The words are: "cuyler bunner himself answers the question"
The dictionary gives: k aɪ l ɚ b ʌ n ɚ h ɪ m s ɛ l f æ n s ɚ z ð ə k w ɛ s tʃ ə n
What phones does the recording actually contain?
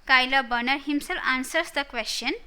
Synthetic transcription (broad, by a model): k aɪ l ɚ b ʌ n ɚ h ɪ m s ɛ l ɑ n s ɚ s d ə k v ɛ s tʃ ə n